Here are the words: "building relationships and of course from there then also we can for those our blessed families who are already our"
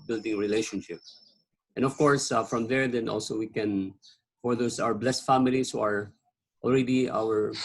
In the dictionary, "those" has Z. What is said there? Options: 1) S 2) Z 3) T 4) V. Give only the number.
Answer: 1